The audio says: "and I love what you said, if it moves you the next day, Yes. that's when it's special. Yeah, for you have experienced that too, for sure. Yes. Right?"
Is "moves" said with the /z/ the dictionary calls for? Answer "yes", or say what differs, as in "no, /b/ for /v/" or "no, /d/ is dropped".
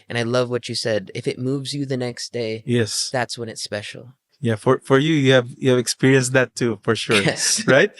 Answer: yes